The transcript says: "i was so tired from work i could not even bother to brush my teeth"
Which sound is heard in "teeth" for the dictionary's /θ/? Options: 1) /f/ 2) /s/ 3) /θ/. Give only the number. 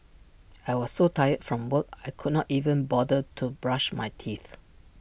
3